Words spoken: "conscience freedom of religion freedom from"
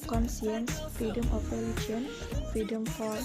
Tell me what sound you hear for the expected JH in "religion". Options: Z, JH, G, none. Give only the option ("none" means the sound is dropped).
none